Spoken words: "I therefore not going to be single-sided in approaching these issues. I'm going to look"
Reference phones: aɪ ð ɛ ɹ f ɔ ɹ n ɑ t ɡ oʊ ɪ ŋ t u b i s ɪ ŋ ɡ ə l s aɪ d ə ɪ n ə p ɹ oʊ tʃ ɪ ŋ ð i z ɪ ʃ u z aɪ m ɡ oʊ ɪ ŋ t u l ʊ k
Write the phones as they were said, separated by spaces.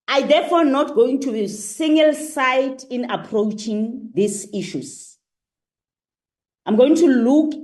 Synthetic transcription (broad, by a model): aɪ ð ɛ f ɔ n ɑ t ɡ oʊ ɪ ŋ t u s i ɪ ŋ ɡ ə l s aɪ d ɪ n ə p ɹ oʊ tʃ ɪ ŋ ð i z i ʃ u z aɪ m ɡ oʊ ɪ ŋ t u l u k